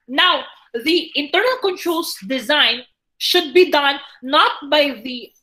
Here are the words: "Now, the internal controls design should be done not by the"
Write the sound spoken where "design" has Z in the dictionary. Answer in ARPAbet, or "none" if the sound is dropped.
Z